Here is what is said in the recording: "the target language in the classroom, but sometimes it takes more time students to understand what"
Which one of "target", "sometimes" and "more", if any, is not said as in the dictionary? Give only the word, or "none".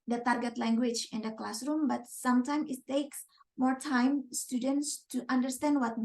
sometimes